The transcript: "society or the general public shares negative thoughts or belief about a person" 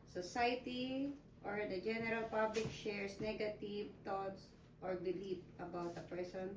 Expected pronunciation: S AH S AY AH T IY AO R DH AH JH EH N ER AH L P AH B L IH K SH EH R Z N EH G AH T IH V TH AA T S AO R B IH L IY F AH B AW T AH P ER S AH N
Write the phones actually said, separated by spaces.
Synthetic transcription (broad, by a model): S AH S AY T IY AO R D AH JH EH N ER AH L P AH B L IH K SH EH R S N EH G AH T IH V T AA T S AO R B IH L IY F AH B AW T AH P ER S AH N